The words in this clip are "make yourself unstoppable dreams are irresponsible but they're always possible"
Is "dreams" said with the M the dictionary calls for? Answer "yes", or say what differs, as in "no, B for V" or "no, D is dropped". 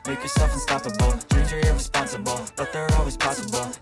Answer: no, M is dropped